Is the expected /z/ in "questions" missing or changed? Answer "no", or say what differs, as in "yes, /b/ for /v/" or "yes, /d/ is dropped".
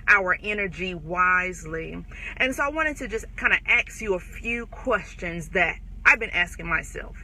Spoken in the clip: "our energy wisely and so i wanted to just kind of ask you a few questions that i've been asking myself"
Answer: no